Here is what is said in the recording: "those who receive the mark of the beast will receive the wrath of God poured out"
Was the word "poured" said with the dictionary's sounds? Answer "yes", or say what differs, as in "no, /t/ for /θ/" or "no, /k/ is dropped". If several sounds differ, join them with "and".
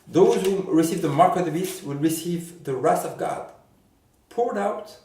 yes